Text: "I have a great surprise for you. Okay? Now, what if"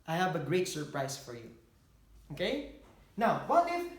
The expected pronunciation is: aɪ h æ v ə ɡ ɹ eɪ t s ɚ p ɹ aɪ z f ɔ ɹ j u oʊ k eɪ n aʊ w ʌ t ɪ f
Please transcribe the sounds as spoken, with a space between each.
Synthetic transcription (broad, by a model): aɪ h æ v ə ɡ ɹ eɪ t s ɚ p ɹ aɪ s f ɔ ɹ j u oʊ k eɪ n aʊ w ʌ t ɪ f